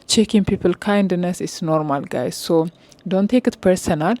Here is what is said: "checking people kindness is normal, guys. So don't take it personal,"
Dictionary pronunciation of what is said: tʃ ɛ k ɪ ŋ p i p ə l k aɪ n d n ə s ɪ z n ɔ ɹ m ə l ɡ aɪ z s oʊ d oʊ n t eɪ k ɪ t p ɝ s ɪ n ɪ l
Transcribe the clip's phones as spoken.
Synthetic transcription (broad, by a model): tʃ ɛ k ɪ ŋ p i p ə l k aɪ n d n ə s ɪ s n ɔ ɹ m ə l ɡ aɪ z s oʊ d oʊ n t eɪ k ɪ t p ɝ s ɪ n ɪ l